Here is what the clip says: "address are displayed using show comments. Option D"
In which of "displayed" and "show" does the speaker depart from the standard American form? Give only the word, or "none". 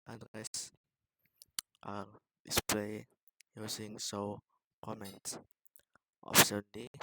show